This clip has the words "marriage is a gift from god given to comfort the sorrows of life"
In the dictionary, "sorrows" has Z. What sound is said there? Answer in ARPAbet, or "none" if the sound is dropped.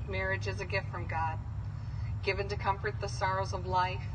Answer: Z